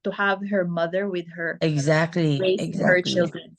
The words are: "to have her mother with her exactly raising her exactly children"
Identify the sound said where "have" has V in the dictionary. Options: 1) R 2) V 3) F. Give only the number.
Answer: 2